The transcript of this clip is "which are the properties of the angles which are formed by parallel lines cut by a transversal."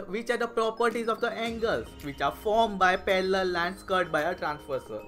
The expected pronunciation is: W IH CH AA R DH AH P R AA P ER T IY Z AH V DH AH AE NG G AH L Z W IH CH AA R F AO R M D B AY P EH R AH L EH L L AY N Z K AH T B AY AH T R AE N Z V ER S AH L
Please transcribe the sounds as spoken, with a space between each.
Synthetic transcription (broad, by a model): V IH CH AA R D AH P R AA P ER T IY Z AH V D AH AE NG G AH L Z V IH CH AA R F AO R M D B AY P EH L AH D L L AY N S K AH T B AY AH T R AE N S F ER S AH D